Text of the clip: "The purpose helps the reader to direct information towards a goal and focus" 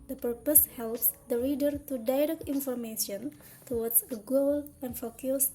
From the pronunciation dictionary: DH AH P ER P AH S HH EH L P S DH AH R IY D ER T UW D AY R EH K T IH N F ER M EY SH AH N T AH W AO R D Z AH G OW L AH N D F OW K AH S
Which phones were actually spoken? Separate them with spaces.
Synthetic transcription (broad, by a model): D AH P ER P AH S HH EH L P S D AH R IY D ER T UW D AY R EH K T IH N F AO M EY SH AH N T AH W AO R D S AH G OW L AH N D F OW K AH S